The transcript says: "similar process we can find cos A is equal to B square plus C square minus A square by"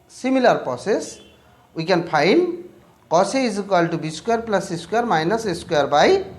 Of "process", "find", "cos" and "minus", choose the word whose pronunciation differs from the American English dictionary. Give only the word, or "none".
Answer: find